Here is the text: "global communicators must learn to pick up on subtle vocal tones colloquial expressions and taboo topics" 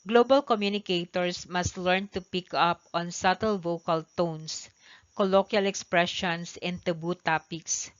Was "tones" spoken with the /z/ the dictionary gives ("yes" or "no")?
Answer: no